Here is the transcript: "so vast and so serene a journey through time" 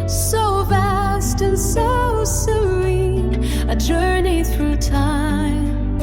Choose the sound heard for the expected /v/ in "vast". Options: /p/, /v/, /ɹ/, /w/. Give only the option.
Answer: /v/